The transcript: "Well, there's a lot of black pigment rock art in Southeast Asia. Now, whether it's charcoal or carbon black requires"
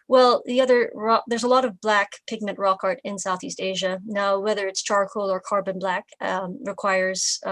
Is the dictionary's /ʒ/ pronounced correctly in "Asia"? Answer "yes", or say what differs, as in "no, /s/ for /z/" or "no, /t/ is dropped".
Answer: yes